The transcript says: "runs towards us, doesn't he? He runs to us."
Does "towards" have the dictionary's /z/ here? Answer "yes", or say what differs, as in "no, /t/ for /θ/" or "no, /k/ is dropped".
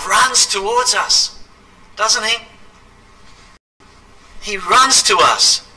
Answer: yes